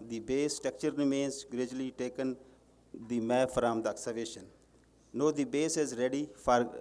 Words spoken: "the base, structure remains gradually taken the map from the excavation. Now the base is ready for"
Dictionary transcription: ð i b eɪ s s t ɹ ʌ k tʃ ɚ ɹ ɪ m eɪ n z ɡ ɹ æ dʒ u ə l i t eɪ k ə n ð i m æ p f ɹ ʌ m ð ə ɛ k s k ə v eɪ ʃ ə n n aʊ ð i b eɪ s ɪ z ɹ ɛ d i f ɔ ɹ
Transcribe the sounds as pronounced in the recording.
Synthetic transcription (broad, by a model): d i b eɪ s s t ʌ k tʃ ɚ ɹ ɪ m eɪ n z ɡ ɹ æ dʒ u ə l i t eɪ k ə n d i m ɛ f ɹ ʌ m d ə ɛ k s ə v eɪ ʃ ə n n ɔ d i b eɪ s ɪ z ɹ ɛ d i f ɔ ɹ